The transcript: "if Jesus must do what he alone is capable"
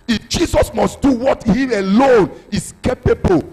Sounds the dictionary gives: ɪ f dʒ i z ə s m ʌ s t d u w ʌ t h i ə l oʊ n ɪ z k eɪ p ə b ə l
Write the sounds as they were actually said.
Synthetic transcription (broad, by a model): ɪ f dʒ i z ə s m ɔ s t d u w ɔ t h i ə l oʊ n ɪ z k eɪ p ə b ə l